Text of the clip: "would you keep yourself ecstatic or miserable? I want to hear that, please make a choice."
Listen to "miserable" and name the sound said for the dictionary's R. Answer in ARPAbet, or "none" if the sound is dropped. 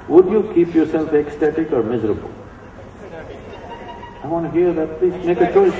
R